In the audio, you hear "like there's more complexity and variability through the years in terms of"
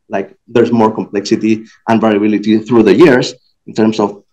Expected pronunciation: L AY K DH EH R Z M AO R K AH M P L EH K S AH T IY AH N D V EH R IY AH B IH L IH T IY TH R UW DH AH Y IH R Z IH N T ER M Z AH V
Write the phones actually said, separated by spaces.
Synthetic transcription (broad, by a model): L AY K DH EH R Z M AO R K AH M P L EH K S AH T IY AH N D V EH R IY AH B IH L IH T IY TH R UW DH AH Y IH R S IH N T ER M S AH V